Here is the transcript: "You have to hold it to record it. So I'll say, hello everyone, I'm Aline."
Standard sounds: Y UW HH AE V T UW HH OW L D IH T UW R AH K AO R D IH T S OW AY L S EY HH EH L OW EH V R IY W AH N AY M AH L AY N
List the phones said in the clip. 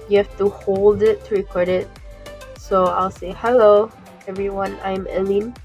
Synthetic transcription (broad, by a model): Y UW HH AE F T UW HH OW L D IH T UW R AH K AO R D IH T S OW AY L S EY HH EH L OW EH V R IY W AH N AY M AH L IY N